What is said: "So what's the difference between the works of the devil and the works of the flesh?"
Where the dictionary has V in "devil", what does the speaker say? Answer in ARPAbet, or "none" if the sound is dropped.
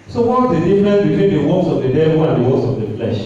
W